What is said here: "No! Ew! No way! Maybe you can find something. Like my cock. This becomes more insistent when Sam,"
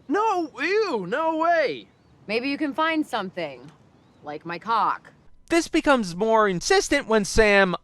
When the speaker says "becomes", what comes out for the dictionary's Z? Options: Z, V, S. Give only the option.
Z